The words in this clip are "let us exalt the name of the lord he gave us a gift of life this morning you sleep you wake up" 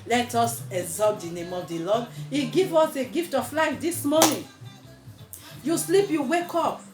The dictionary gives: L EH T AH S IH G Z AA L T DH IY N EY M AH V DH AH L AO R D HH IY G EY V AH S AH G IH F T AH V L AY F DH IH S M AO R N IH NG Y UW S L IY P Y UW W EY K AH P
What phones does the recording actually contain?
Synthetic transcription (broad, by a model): L EH T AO S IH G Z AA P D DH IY N EY M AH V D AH L AO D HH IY G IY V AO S AH G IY F T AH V L AY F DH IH S M AO N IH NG Y UW S L IY P Y UW W EY K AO P